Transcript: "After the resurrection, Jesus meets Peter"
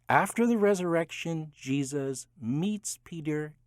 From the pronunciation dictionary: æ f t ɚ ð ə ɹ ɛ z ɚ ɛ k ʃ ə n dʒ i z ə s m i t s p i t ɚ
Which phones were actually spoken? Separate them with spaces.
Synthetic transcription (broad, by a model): æ f t ɚ ð ə ɹ ɛ z ɚ ɛ k ʃ ə n dʒ i z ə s m i t s p i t ɚ